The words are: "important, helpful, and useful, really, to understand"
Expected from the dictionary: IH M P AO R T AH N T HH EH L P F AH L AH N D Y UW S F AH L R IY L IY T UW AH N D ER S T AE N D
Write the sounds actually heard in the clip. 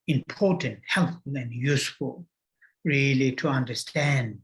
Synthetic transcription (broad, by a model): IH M P AO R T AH N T HH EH L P F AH L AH N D Y UW S F AH L R IY L IY T UW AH N D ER S T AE N D